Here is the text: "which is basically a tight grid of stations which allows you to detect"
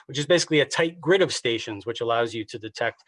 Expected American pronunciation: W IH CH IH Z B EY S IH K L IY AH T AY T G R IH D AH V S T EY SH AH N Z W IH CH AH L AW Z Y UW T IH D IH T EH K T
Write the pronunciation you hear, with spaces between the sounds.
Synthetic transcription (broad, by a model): W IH CH IH Z B EY S IH K L IY AH T AY T G R IH D AH V S T EY SH AH N Z W IH CH AH L AW Z Y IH T IH D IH T EH K T